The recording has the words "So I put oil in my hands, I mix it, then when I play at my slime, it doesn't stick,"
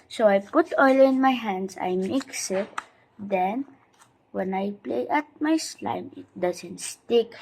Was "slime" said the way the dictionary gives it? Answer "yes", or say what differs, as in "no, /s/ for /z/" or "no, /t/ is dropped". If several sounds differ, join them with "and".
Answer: yes